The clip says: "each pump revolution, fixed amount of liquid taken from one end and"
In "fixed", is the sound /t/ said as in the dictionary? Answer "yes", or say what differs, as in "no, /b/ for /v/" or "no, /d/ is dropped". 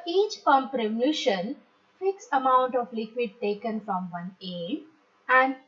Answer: no, /t/ is dropped